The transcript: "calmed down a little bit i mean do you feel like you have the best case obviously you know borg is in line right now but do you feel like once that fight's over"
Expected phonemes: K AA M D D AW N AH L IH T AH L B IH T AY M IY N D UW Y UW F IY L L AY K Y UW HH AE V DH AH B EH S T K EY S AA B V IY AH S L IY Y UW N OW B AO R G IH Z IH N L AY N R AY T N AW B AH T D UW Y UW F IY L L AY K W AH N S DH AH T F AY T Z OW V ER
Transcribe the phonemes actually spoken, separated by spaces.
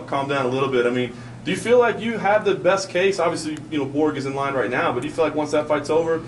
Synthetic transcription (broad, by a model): K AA M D D AW N AH L IH T L B IH T AY M IY N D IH Y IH F IY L L AY K Y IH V DH AH B EH S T K EY S AA B V IY AH S L IY Y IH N OW B AO R G IH Z IH N L AY N R AY T N AW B AH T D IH Y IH F IY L L AY K W AH N S DH AH T F AY T S OW V ER